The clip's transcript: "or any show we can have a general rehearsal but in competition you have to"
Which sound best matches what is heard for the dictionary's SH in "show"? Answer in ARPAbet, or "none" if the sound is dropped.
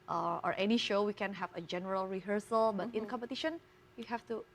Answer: SH